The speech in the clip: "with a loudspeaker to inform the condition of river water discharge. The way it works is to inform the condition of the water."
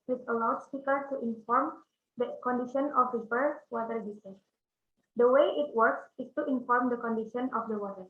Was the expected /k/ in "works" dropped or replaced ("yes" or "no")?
no